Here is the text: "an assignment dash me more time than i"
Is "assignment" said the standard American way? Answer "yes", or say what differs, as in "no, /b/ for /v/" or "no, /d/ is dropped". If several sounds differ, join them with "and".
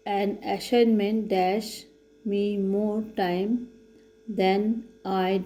no, /ʃ/ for /s/